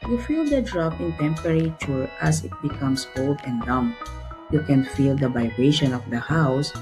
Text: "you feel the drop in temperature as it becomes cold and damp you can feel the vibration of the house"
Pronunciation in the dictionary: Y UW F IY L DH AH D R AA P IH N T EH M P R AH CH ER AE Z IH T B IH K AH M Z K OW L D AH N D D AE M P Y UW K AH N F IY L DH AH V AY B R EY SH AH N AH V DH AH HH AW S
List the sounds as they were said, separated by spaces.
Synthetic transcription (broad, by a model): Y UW F IY L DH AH D R AA P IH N T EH M P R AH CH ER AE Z IH T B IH K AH M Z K OW L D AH N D D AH M Y UW K AH N F IY L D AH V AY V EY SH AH N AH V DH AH HH AW S